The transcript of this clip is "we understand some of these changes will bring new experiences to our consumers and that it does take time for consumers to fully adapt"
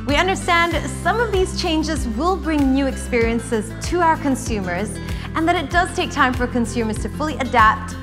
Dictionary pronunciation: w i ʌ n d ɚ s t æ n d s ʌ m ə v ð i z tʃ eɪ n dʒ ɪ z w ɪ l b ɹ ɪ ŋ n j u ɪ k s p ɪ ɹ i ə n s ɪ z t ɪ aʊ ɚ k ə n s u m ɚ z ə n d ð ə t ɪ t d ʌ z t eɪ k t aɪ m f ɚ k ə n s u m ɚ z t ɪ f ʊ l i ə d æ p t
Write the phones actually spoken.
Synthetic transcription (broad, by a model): w i ʌ n d ɚ s t æ n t s ʌ m ə v ð i z tʃ eɪ n dʒ ɪ z w ɪ l b ɹ ɪ ŋ n j u ɪ k s p ɪ ɹ i ə n s ɪ z t ɪ aʊ ɚ k ə n s u m ɚ z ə n ð ə t ɪ t d ʌ z t eɪ k t aɪ m f ɚ k ə n s u m ɚ z t ɪ f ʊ l i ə d æ p t